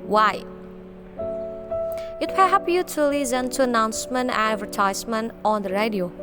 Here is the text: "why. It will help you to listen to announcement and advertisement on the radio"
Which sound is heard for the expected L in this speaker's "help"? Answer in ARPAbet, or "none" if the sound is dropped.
none